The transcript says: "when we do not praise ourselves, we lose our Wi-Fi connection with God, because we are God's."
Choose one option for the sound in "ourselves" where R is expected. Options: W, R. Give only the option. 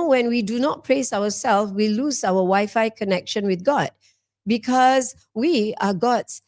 W